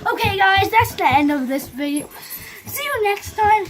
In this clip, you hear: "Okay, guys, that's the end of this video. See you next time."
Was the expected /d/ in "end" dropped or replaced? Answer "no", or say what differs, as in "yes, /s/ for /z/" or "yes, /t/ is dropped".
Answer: yes, /d/ is dropped